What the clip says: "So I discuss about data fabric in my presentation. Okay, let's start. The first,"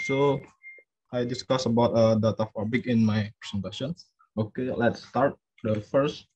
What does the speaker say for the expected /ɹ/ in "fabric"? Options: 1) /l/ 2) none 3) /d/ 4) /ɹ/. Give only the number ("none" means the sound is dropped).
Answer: 2